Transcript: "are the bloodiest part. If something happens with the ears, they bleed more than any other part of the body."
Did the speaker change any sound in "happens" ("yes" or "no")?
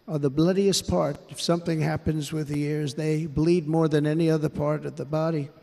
no